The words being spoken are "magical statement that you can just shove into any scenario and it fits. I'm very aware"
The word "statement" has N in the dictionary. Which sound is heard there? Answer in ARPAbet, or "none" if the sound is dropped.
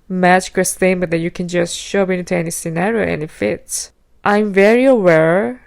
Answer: none